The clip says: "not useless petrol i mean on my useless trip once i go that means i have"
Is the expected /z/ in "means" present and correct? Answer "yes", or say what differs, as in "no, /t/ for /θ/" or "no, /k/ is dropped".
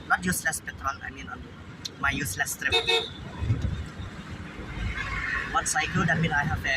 no, /z/ is dropped